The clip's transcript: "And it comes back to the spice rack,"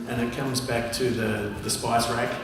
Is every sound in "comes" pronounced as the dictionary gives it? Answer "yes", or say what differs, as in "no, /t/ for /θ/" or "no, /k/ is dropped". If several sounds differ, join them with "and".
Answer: yes